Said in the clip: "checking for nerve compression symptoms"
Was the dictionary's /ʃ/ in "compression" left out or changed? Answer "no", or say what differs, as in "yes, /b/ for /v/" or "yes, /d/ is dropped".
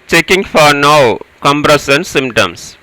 yes, /s/ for /ʃ/